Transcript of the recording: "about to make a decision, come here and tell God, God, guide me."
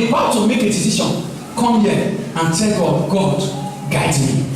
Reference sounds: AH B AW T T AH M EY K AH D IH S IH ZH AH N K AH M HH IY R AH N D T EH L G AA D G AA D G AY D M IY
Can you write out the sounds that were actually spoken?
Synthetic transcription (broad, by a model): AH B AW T T AH M EY K AH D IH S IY SH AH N K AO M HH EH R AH N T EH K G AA G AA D G AY D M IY